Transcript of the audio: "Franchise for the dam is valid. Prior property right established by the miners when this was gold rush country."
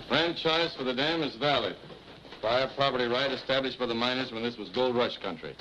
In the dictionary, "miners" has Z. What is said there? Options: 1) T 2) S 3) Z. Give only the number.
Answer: 3